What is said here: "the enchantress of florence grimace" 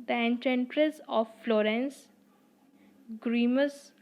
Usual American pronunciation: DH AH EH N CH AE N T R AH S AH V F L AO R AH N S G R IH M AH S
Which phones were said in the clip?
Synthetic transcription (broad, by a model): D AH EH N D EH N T R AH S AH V F L AO R AH N S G R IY M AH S